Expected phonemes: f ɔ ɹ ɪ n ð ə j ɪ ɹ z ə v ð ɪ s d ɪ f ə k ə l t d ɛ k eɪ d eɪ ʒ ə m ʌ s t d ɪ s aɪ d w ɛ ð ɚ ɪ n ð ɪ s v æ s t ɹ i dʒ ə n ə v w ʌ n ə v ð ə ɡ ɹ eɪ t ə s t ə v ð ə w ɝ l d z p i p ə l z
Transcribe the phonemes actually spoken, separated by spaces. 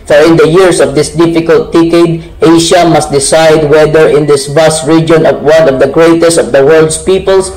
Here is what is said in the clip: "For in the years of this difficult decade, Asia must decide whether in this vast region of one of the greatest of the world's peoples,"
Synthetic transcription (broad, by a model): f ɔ ɹ ɪ n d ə j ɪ ɹ s ə v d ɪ s d ɪ f ə k ə l t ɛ k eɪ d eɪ ʃ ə m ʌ s t d ɪ s aɪ d w ɛ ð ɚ ɪ n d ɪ s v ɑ s t ɹ i dʒ ə n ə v w ʌ n ə v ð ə ɡ ɹ eɪ t ə s t ə v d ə w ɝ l d s p i p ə l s